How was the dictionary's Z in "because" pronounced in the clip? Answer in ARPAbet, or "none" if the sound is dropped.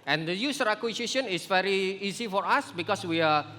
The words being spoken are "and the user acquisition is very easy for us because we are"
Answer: S